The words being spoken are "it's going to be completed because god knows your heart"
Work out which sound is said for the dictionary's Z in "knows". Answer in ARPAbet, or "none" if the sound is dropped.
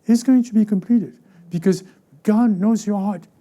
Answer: Z